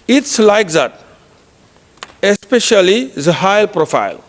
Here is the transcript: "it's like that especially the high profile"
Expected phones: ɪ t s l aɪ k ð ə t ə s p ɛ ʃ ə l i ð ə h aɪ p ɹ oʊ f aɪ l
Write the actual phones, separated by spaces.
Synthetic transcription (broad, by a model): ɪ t s l aɪ k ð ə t ə s p ɛ ʃ ə l i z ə h aɪ p ɹ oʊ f aɪ l